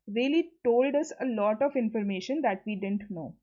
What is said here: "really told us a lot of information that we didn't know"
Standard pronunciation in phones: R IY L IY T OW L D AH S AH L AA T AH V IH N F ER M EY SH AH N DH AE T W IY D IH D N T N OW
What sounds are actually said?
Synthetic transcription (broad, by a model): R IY L IY T OW L D AH S AH L AA T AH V IH N F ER M EY SH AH N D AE T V IY D IH D N T N OW